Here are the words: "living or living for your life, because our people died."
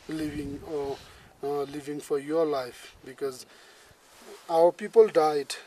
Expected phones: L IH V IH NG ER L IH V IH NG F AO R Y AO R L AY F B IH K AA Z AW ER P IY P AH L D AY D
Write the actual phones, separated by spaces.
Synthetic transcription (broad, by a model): L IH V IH NG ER L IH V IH NG F AO R Y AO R L AY F B IH K AA Z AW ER P IY P AH L D AY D